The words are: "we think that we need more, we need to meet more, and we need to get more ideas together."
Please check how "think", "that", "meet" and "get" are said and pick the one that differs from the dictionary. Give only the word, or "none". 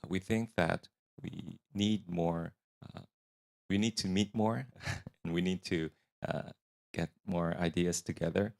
none